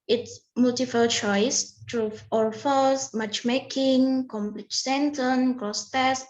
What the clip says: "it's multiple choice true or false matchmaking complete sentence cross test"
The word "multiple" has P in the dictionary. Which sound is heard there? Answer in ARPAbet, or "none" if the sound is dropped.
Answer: F